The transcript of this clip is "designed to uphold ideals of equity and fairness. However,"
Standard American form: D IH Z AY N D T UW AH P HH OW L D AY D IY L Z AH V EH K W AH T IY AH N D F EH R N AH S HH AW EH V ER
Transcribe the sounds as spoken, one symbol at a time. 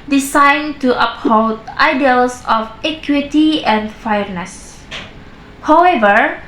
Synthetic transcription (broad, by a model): D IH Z AY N T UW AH P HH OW D AY D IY L S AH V EH K W AH T IY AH N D F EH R N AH S HH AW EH V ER